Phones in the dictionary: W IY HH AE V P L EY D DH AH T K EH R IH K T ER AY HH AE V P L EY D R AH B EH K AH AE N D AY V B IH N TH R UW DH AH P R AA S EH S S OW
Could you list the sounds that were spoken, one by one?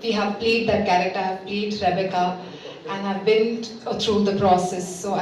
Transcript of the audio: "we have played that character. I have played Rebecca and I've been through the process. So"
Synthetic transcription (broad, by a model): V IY HH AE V P L EY D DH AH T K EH R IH K T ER HH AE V P L EY D R AH B EH K AH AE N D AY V B IH N T R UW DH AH P R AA S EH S S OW